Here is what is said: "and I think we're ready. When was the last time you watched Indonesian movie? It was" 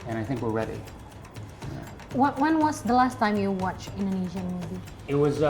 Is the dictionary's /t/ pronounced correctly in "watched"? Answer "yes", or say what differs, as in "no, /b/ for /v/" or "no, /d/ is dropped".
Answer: no, /t/ is dropped